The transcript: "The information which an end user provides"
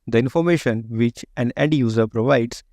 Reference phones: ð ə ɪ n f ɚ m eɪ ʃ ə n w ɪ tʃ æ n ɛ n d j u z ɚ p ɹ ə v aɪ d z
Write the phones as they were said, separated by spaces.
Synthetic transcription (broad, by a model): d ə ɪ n f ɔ m eɪ ʃ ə n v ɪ tʃ æ n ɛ d j u z ɚ p ɹ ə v aɪ d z